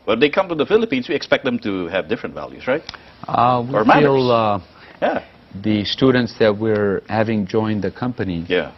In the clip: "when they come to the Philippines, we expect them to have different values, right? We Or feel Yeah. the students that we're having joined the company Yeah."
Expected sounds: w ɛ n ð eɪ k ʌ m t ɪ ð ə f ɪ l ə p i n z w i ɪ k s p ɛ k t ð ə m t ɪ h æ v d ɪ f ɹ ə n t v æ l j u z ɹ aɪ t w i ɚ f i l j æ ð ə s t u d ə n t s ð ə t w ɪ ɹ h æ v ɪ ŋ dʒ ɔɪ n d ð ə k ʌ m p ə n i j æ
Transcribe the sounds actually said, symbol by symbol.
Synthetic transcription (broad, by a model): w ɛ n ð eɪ k ʌ m t ɪ ð ə f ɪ l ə p i n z w i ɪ k s p ɛ k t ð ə m t ɪ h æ v d ɪ f ɹ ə n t v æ l j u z ɹ aɪ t w i ɚ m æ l j æ ð ə s t u d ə n t s ð ə t w ɪ ɹ h æ v ɪ ŋ dʒ ɔɪ n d ð ə k ʌ m p ə n i j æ